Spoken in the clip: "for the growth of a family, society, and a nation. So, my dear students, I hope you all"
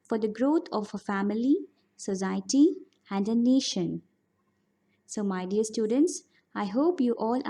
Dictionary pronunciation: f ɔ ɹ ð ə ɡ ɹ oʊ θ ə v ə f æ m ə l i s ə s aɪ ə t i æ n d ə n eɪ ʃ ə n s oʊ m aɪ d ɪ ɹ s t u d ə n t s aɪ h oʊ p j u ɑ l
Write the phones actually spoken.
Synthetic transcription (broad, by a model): f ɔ ɹ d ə ɡ ɹ oʊ t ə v ə f æ m ə l i s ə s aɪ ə t i æ n d ə n eɪ ʃ ə n s oʊ m aɪ d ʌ ɹ s t u d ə n t s aɪ h oʊ p j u ɑ l